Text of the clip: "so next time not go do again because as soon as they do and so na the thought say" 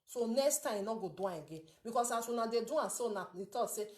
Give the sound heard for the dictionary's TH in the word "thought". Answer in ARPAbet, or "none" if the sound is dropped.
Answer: T